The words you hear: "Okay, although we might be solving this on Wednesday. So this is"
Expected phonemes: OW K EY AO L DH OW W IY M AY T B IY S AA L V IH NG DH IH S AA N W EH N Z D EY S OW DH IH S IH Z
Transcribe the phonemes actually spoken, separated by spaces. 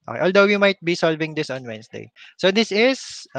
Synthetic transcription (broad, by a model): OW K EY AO L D OW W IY M AY T B IY S AA L V IH NG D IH S AA N W EH N S D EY S OW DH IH S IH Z